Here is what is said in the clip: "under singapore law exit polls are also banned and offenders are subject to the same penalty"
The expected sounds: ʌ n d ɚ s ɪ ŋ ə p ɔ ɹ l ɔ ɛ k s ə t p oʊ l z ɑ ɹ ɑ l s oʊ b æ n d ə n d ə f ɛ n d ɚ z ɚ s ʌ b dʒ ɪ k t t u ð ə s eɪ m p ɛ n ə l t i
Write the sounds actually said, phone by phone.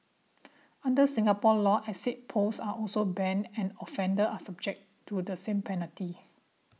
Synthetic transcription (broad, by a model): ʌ n d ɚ s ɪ ŋ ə p ɔ l ɔ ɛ s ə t p oʊ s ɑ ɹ ɑ l s oʊ b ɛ n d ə n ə f ɛ n d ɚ ɑ s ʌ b dʒ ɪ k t t u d ə s eɪ m p ɛ n ə l t i